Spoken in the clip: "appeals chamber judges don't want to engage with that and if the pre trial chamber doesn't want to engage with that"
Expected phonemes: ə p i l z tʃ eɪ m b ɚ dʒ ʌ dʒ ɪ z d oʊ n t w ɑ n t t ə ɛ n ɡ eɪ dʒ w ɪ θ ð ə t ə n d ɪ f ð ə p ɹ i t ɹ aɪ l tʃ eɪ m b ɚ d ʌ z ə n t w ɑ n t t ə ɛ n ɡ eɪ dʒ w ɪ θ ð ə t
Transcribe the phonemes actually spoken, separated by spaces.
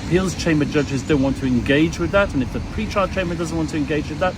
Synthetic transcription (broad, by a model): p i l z tʃ eɪ m b ɚ dʒ ʌ dʒ ɪ z d oʊ n t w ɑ n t t ə ɛ n ɡ eɪ dʒ w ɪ ð ə t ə n ɪ f ð ə p ɹ i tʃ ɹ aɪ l tʃ eɪ m b ɚ d ʌ z ə n t w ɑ n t t ə ɛ n ɡ eɪ dʒ w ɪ ð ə t